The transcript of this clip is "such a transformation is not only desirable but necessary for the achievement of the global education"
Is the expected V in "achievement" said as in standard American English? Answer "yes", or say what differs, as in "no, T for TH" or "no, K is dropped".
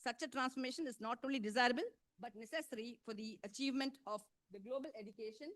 yes